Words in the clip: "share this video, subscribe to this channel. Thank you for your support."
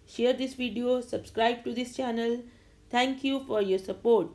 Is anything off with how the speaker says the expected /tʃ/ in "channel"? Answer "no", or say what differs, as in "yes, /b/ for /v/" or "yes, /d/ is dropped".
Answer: no